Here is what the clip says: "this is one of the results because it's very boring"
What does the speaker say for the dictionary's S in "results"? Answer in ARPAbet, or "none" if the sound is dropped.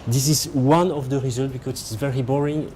none